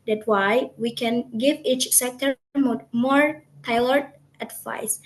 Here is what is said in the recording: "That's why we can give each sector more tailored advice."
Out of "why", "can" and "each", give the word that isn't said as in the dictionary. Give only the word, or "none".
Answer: none